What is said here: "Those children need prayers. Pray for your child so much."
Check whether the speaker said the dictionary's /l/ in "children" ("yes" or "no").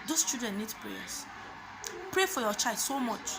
no